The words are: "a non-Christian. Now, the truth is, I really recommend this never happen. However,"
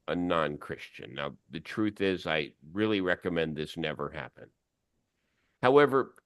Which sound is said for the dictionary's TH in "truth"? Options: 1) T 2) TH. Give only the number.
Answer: 2